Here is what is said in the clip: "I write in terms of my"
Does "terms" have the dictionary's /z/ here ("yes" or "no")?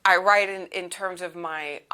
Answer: yes